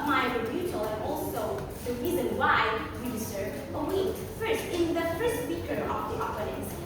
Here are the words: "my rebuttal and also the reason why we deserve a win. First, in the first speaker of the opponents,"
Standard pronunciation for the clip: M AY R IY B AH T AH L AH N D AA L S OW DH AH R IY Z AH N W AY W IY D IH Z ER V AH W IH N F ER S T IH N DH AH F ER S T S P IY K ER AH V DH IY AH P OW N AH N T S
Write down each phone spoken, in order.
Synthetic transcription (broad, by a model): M AY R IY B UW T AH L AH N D AA L S OW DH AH R IY Z AH N W AY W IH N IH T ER AH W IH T F ER S T IH N DH AH F ER S T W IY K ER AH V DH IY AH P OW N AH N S